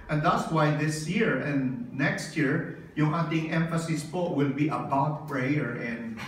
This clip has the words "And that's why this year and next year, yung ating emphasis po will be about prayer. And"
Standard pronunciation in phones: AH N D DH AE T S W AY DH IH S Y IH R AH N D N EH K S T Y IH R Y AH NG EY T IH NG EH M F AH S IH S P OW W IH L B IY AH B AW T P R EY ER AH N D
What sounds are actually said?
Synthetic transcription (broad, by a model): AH N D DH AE T S W AY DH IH S Y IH R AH N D N EH K S T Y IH R Y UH NG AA T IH NG EH M F AH S IH S P OW W IH L B IY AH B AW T P R EY ER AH N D